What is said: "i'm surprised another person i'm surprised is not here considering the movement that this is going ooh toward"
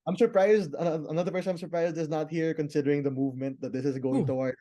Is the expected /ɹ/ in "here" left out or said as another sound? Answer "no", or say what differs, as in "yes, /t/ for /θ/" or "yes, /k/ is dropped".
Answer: no